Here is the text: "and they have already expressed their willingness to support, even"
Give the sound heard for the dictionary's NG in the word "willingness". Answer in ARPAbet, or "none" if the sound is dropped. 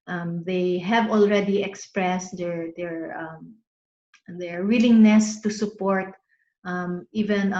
NG